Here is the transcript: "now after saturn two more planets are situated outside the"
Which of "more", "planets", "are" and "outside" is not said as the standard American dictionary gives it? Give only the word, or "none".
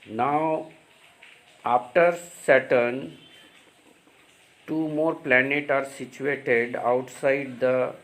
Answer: planets